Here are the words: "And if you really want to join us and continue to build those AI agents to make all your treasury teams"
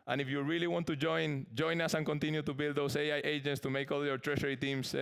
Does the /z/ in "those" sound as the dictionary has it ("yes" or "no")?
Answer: no